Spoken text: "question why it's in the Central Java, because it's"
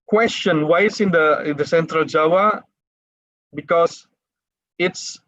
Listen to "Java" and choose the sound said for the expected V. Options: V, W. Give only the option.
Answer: W